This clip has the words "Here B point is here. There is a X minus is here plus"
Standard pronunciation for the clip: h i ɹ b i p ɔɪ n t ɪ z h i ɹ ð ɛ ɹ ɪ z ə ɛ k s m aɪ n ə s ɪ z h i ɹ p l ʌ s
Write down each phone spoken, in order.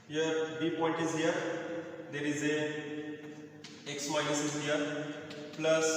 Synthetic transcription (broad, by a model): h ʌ ɹ b i p ɔɪ n t ɪ z h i ɹ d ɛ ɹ ɪ z ə ɛ k s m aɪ ə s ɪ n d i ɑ p l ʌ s